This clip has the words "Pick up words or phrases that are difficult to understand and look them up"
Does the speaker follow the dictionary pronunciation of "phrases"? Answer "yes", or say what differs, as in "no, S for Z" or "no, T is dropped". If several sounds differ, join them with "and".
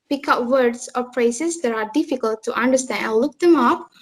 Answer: no, P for F